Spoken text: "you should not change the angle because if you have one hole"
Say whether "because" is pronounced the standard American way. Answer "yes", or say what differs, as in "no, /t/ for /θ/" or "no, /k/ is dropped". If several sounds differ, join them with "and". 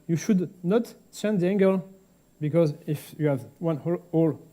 yes